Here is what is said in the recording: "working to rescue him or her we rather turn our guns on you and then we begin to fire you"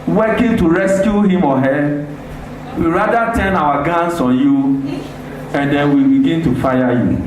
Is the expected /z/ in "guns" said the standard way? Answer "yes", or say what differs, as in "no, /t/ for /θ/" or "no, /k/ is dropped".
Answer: no, /s/ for /z/